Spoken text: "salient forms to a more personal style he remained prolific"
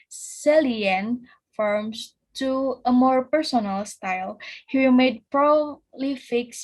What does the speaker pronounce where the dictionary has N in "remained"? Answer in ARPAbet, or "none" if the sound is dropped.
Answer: none